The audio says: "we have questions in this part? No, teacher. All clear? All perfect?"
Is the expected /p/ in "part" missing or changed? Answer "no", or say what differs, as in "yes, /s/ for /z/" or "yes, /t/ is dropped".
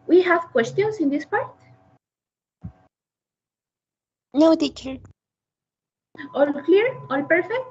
no